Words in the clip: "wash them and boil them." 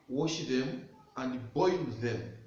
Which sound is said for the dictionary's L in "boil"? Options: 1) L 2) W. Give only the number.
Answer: 2